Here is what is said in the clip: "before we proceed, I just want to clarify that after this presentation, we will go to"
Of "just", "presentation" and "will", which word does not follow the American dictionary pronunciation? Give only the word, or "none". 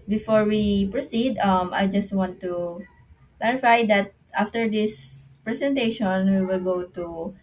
presentation